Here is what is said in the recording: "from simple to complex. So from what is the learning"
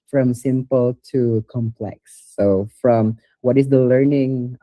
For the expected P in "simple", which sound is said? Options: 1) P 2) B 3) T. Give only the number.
1